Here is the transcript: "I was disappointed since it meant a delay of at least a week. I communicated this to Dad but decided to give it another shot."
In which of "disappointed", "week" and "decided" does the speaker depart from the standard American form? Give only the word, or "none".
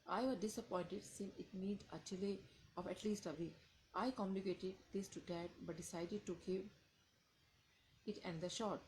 week